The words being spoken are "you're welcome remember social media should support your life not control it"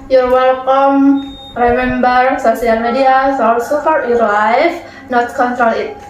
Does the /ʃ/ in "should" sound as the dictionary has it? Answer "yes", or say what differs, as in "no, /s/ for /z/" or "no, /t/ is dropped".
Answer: no, /s/ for /ʃ/